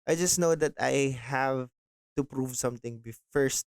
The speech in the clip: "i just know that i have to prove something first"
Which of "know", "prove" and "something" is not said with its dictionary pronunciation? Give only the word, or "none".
something